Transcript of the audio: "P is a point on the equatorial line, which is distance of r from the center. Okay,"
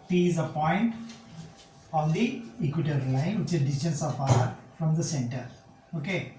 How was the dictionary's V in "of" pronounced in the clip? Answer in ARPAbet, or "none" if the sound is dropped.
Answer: P